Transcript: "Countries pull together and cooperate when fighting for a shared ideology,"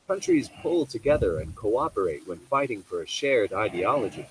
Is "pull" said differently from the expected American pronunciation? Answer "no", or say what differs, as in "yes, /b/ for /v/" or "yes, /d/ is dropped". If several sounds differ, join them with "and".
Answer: no